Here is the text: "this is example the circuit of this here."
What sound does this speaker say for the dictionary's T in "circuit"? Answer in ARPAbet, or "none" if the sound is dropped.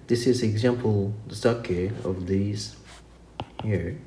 none